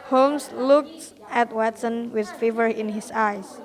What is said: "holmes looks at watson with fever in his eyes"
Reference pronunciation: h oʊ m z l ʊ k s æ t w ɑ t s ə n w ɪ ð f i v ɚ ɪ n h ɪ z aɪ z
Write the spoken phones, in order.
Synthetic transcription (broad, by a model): h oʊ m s l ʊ k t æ t w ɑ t s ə n w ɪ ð f i v ɚ ɪ n h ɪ s aɪ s